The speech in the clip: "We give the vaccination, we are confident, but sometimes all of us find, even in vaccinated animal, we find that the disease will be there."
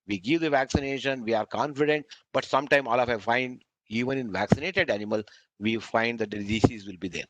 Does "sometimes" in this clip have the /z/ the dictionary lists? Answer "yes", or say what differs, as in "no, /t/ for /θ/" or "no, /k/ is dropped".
no, /z/ is dropped